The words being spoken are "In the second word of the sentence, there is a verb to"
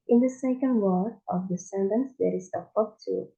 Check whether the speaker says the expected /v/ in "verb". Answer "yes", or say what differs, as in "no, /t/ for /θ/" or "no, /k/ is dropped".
no, /p/ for /v/